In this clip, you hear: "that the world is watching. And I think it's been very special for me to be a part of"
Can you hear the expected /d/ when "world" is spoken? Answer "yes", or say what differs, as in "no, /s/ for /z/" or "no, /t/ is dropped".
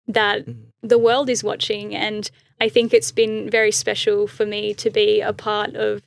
yes